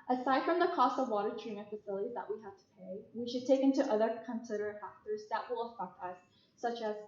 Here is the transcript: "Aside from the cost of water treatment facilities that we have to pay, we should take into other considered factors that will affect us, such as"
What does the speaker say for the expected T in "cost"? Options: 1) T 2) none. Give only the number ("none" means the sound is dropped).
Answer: 1